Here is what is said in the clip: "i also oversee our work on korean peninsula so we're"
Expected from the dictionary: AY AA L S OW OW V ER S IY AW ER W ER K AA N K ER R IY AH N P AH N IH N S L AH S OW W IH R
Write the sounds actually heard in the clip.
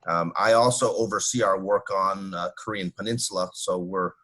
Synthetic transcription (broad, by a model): AY AA L S OW OW V ER S IY AW ER W ER K N K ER R IY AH N P AH N IH N S L AH S OW W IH R